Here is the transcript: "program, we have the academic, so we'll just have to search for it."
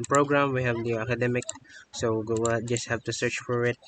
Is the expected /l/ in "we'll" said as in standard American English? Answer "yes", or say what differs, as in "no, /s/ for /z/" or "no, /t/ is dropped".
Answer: no, /w/ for /l/